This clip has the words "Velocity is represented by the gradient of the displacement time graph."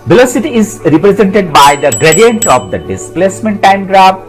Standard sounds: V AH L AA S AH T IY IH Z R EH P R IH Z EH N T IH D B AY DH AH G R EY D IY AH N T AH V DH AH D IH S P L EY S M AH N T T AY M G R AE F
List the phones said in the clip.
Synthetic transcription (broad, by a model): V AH L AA S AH T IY IH Z R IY P R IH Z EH N T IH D B AY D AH G R EY D IY AH N T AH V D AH D IH S P L EY S M AH N T T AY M G R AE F